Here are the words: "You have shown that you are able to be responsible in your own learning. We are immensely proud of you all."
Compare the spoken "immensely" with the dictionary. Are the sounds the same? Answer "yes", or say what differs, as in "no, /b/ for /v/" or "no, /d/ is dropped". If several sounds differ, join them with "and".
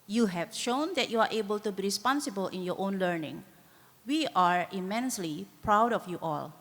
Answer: yes